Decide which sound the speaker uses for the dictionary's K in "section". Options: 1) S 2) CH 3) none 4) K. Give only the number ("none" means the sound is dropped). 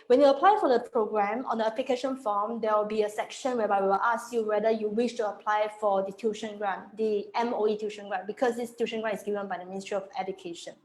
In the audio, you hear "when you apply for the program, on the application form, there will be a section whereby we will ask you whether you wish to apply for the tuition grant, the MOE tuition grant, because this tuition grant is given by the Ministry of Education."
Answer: 4